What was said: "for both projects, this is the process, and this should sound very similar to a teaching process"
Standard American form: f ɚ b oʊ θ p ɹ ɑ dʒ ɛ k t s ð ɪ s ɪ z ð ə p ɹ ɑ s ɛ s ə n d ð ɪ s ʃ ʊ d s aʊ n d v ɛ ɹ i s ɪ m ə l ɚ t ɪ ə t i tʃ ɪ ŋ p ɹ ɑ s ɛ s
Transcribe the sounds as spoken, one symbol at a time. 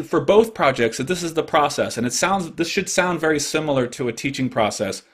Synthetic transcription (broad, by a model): f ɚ b oʊ θ p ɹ ɑ dʒ ɛ k t s ð ɪ s ɪ z ð ə p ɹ ɑ s ɛ s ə n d ð ɪ s ʃ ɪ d s aʊ n d v ɛ ɹ i s ɪ m l ɚ t ɪ ə t i tʃ ɪ ŋ p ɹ ɑ s ɛ s